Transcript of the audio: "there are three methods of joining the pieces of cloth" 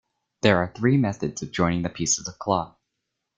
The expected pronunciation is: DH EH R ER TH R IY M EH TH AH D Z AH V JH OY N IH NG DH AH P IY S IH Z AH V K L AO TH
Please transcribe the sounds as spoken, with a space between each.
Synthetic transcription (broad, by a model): DH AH R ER TH R IY M EH TH AH D Z AH V JH OY N IH NG DH AH P IY S IH Z AH V K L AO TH